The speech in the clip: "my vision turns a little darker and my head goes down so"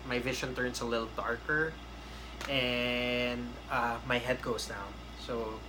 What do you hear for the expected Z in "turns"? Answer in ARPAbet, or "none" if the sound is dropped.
S